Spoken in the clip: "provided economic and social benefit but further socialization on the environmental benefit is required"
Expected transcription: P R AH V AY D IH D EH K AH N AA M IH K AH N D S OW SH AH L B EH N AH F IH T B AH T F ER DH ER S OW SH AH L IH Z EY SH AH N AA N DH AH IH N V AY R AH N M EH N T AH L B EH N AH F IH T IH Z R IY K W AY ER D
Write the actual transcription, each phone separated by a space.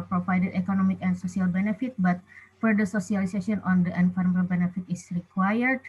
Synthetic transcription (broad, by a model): P R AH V AY D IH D EH K AH N AA M IH K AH N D S OW S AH L B EH N AH F IH T B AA T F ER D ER S OW S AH L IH S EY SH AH AA N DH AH N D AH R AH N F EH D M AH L B EH N AH F IH T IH S R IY K W AY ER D